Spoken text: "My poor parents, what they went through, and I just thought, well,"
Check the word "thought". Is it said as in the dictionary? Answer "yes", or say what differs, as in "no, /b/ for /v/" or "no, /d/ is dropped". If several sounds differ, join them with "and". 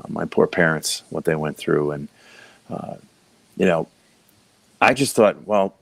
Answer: yes